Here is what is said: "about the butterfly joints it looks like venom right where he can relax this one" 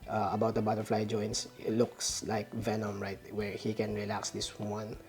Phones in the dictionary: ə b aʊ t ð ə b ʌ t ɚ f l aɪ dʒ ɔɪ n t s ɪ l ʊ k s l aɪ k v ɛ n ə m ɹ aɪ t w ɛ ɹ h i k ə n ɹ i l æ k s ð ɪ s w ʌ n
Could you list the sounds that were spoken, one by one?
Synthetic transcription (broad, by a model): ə b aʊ t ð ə b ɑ t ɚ f l aɪ dʒ ɔɪ n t s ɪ l ʊ k s l aɪ k v ɛ n ə m ɹ aɪ t w ɛ ɹ h i k ə n ɹ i l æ k s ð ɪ s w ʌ n